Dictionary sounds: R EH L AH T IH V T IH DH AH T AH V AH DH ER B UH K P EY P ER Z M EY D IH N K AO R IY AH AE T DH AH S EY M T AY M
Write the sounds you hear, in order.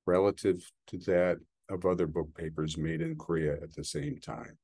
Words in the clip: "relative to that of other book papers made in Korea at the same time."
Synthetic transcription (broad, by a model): R EH L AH T IH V T IH DH AH T AH V AH DH ER B UH K P EY P ER Z M EY D IH N K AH R IY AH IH T DH AH S EY M T AY M